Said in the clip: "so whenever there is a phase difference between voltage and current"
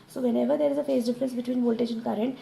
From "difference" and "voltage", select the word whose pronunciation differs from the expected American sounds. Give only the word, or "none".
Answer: voltage